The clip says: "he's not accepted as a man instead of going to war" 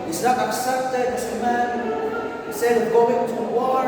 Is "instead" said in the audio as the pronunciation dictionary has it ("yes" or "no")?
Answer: no